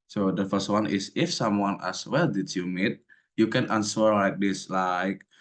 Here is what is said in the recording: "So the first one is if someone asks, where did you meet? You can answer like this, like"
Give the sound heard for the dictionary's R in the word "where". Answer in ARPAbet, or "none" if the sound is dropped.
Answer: L